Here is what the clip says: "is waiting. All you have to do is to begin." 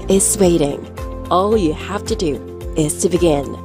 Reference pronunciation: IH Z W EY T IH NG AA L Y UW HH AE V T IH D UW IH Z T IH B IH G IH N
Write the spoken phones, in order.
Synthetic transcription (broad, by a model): IH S W EY T IH NG AA L Y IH HH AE F T IH D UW IH Z T IH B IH G IH N